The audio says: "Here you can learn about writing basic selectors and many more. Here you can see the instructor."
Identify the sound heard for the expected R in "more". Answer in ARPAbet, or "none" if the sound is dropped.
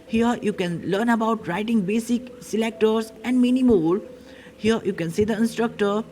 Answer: L